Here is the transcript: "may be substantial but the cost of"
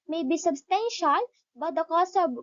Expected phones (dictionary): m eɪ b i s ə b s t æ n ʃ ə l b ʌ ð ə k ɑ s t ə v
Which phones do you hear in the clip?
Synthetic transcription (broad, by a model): m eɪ b i s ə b s t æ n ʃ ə l b ʌ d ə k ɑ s ə